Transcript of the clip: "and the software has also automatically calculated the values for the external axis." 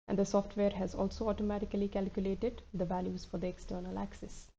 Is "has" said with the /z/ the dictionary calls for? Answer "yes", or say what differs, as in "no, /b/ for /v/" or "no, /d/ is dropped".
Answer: yes